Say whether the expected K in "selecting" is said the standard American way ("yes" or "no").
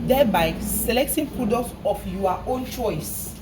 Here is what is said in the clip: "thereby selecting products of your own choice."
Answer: yes